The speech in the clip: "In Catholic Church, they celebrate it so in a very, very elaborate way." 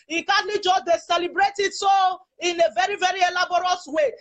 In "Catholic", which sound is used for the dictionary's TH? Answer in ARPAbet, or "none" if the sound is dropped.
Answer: T